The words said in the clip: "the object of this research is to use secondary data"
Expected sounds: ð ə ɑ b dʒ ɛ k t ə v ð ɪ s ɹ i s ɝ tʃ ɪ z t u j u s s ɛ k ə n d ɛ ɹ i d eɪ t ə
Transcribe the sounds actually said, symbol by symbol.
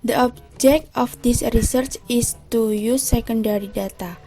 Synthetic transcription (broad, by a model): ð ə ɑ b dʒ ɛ k t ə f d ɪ s ɹ i s ɝ tʃ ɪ s t u j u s s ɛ k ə n d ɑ ɹ i d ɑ t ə